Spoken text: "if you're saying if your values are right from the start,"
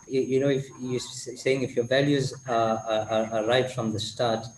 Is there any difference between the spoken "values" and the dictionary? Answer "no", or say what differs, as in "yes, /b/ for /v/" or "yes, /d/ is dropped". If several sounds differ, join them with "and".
no